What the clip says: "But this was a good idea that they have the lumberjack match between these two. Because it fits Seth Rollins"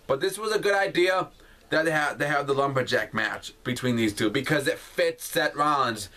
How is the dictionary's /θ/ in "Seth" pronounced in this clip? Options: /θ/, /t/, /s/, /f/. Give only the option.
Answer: /t/